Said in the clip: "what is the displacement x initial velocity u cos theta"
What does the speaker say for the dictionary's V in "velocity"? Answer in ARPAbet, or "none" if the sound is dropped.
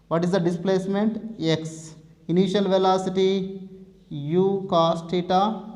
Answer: V